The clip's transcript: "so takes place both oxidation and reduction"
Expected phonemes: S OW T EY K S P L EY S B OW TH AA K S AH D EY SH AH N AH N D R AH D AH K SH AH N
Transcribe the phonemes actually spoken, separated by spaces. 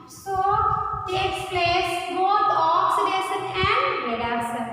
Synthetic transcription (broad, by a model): S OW T EY K S P L EY S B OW T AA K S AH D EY S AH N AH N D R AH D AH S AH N